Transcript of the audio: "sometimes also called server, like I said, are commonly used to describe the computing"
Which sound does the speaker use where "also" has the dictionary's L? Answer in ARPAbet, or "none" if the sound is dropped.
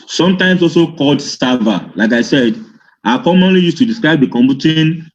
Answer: L